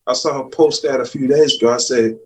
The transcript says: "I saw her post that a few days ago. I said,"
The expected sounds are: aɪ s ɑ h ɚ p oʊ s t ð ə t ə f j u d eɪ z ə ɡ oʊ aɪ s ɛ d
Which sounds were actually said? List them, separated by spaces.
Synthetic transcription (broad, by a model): aɪ s ɑ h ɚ p oʊ s t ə t ə f j u d eɪ z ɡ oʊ aɪ s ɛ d